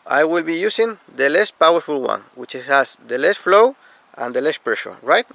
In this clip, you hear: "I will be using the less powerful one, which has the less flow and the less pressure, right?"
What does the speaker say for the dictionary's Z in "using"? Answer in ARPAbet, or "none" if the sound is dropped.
S